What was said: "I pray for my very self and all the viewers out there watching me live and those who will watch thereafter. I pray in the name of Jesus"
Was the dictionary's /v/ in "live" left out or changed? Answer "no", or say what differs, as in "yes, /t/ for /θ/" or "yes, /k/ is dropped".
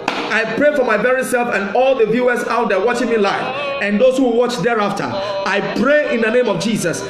yes, /f/ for /v/